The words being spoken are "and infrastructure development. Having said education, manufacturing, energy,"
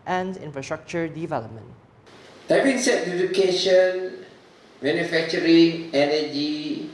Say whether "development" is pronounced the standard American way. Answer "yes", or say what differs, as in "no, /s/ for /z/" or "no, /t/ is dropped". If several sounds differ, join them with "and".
yes